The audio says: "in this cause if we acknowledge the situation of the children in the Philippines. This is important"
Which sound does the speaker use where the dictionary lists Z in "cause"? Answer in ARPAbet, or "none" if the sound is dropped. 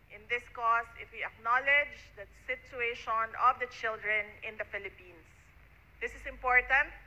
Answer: S